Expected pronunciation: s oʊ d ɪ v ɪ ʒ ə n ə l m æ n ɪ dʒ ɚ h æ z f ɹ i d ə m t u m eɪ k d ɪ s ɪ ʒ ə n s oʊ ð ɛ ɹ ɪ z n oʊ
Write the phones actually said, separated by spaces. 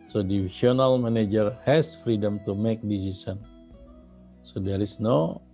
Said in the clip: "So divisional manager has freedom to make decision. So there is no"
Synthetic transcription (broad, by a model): s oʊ d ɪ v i s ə n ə l m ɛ n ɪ dʒ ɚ h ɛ s f ɹ i d ə m t u m eɪ k d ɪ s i s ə n s oʊ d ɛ ɹ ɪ s n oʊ